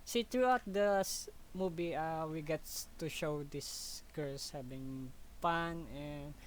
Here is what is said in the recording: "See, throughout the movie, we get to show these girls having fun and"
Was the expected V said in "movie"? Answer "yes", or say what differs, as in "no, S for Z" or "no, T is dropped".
no, B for V